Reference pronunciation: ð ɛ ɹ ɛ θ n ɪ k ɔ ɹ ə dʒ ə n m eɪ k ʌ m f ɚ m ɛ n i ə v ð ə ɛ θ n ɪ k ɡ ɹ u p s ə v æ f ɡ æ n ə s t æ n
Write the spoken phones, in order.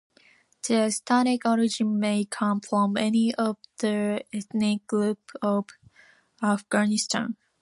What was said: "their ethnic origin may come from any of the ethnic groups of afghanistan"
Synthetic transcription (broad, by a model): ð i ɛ s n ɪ k ɔ ɹ ə dʒ ə n m eɪ k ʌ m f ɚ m ɛ n i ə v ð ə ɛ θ n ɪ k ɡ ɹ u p ə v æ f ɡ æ n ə s t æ n